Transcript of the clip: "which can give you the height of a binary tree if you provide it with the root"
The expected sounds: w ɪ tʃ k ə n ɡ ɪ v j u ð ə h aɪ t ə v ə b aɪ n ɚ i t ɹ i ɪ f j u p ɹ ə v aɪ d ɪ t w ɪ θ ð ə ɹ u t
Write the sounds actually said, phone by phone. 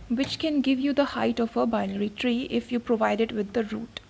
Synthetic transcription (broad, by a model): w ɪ tʃ k ə n ɡ ɪ v j u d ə h aɪ t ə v ə b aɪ l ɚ i t ɹ i ɪ f j u p ɹ ə v aɪ d ɪ t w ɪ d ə ɹ u t